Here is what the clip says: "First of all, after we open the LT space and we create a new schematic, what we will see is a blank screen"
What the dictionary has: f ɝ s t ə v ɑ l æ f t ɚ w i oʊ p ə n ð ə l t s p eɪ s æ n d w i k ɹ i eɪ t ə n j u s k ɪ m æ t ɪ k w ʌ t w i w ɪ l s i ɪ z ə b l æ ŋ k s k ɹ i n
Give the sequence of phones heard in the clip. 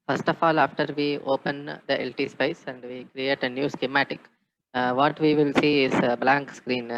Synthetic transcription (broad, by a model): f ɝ s t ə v ɑ l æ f t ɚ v i oʊ p ə n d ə l t s p eɪ s æ n d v i k ɹ i eɪ t ə n j u s k ɪ m æ t ɪ k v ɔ t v i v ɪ l s i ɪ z b l æ ŋ k s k ɹ i n